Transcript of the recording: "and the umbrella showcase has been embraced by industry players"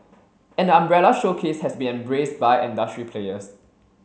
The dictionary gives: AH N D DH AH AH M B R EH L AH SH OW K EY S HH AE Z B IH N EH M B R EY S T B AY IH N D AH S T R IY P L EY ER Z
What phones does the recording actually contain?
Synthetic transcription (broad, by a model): AH N D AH AH M B R EH L AH SH OW K EY S HH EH S B IH N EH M B R EY S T B AY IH N D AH S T R IY P L EY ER S